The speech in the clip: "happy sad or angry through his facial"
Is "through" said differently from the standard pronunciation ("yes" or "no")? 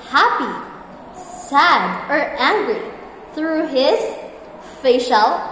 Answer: no